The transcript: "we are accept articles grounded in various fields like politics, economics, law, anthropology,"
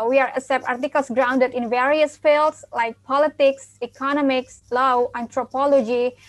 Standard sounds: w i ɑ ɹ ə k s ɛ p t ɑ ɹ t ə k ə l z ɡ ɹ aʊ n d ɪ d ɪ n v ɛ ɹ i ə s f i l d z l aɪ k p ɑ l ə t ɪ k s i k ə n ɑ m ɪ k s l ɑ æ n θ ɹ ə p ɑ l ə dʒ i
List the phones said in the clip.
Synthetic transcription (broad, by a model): w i ɑ ɹ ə s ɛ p ɑ ɹ t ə k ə l s ɡ ɹ aʊ n d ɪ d ɪ n v ɛ ɹ i ə s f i l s l aɪ k p ɑ l ə t ɪ k s i k ə n ɑ m ɪ k s l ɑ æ n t ɹ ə p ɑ l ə dʒ i